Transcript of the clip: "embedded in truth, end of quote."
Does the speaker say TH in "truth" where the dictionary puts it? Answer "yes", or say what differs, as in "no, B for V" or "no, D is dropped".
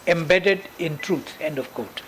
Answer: no, S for TH